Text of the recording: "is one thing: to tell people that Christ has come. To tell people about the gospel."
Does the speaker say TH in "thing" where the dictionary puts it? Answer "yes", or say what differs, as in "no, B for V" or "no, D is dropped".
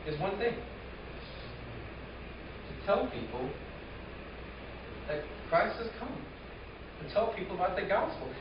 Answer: yes